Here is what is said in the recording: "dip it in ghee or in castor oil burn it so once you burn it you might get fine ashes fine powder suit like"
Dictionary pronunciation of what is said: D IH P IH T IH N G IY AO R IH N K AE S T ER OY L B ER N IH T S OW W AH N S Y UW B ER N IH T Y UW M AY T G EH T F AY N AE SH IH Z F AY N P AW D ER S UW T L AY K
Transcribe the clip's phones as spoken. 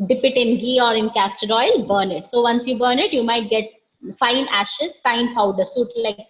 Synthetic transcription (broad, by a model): D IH P IH T IH N G IY AO R IH N K AE S T ER OY L B ER N IH T S OW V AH N S Y UW B ER N IH T Y UW M AY T G EH T F AY N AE SH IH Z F AY N P AW D ER S UW T L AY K